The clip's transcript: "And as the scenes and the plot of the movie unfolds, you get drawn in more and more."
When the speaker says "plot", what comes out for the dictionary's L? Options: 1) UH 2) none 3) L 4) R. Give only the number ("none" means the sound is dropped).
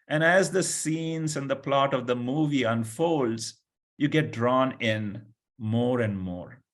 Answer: 3